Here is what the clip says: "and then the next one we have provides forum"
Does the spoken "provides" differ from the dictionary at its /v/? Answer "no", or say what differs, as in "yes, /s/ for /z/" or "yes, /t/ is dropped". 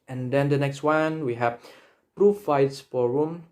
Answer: yes, /f/ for /v/